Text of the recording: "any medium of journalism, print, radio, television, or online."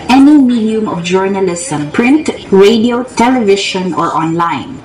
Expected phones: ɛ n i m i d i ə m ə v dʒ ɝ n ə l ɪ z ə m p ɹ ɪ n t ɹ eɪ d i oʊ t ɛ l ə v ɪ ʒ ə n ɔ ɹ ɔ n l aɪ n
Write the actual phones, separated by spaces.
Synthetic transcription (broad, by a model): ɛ n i m i d i ə m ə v dʒ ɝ n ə l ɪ s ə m p ɹ ɪ n t ɹ eɪ d i oʊ t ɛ l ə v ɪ ʃ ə n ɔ ɹ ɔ n l aɪ n